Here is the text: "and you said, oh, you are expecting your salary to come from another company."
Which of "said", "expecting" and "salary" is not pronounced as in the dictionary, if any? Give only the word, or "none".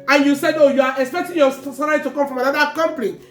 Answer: salary